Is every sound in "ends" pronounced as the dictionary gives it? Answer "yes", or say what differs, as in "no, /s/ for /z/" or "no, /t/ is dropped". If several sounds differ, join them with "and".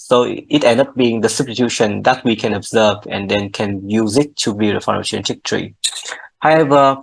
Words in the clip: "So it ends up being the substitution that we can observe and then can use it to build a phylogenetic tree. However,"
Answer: no, /z/ is dropped